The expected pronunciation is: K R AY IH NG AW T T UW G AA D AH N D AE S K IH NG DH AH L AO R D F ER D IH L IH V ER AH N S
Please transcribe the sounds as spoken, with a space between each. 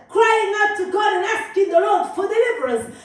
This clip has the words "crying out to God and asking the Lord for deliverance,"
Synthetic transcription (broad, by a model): K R AY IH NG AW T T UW G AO AH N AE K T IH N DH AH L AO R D F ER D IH L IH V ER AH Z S